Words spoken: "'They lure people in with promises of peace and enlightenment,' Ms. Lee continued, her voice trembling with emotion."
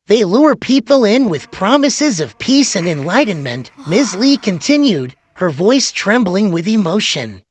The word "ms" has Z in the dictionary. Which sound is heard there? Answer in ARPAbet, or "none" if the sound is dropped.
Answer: Z